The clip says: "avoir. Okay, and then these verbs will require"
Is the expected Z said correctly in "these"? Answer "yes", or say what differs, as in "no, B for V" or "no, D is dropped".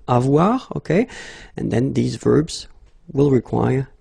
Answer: yes